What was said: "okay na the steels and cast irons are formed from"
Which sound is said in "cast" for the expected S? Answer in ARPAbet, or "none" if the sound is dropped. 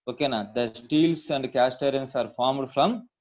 S